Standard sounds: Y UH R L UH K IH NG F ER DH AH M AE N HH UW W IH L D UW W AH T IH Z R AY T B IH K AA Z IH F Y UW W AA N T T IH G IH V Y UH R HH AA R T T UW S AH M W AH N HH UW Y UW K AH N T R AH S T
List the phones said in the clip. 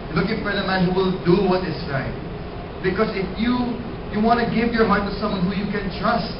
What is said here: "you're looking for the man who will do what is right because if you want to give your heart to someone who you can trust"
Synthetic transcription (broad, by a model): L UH K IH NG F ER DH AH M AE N HH UW W IH L D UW W AH T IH S R AY T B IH K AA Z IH F Y UW W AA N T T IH G IH V Y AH R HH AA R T T UW S AH M W AH N HH UW Y UW K AH N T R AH S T